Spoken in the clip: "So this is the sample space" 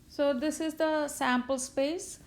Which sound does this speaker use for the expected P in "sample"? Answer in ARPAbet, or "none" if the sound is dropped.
P